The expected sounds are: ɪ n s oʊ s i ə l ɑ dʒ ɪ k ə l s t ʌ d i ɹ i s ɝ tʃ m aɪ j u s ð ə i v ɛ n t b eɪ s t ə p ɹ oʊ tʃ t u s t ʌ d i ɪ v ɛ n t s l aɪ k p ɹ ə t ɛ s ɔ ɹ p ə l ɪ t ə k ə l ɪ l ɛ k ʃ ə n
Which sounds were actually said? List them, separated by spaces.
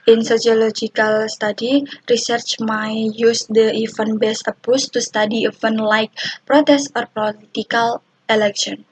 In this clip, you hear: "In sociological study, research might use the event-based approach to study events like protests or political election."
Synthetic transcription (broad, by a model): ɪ n s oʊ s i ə l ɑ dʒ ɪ k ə l s t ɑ d i ɹ i s ɝ tʃ m aɪ j u s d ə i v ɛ n b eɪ s ə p oʊ s t u s t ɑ d i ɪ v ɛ n l aɪ k p ɹ ə t ɛ s ɔ ɹ p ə l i t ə k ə l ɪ l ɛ k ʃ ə n